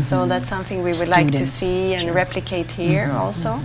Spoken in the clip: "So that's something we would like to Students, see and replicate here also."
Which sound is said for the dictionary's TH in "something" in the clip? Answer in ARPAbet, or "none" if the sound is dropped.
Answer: TH